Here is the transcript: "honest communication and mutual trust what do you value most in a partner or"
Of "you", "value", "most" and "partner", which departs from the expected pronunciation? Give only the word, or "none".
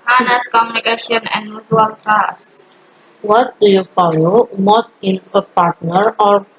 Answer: value